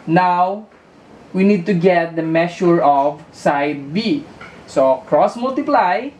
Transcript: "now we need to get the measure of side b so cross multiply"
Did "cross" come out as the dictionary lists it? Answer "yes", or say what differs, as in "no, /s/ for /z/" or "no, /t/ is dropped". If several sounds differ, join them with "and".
yes